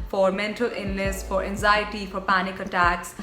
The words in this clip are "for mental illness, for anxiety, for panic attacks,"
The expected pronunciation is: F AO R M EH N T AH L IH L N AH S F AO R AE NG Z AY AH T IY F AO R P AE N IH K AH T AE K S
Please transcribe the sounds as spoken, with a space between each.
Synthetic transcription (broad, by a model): F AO R M EH N T AH L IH N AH S F AO R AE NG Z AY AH T IY F AO R P AE N IH K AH T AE K S